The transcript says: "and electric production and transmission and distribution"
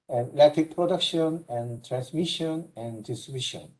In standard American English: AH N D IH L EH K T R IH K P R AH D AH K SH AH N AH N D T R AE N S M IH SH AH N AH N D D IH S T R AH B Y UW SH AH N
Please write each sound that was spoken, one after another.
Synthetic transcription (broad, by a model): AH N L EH T IH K P R AH D AH K SH AH N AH N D T R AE N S M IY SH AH N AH N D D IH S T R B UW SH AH N